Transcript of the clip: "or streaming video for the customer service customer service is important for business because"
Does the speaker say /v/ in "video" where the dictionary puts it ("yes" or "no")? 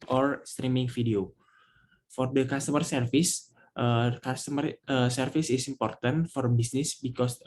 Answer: no